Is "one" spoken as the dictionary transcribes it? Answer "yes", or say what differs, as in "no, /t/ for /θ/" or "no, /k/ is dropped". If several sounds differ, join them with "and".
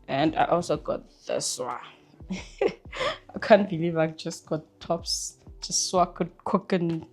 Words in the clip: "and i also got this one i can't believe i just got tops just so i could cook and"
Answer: no, /n/ is dropped